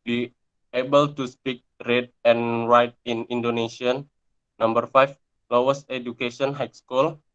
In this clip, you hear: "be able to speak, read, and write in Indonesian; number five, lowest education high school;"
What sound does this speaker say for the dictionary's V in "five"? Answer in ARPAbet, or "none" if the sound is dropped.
F